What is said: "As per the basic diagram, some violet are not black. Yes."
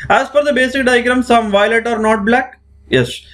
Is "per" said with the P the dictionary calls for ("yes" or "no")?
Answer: no